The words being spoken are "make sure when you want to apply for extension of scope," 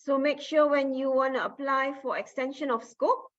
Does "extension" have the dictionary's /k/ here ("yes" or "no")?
yes